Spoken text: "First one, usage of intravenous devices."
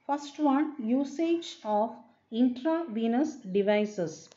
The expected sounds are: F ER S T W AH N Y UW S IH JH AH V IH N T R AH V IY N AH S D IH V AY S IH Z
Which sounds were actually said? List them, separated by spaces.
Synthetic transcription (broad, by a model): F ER S T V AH N Y UW S IH JH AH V IH N T R AH V IY N AH S D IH V AY S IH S